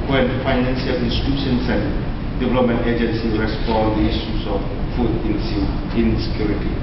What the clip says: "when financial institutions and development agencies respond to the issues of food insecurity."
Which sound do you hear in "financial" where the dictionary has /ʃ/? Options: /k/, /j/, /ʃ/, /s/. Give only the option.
/s/